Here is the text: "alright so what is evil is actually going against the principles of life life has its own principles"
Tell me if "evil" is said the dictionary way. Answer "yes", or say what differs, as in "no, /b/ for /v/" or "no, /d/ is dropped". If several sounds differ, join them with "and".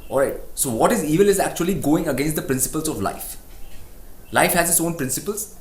yes